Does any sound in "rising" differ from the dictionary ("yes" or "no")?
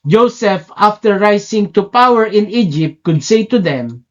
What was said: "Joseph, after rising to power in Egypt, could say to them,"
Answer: yes